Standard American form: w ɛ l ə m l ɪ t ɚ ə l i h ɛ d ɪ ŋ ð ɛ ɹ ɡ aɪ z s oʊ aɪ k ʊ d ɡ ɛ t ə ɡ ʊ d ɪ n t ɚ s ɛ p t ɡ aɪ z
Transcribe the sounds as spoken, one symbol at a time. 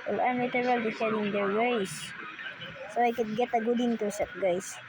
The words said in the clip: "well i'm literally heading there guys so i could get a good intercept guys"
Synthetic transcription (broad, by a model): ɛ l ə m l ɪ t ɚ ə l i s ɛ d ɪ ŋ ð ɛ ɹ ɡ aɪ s s oʊ aɪ k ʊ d ɡ ɛ t ə ɡ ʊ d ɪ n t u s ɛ t ɡ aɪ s